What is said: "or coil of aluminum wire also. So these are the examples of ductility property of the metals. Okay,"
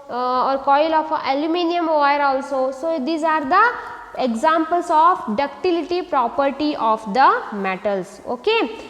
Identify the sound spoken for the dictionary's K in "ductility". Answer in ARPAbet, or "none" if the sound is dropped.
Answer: K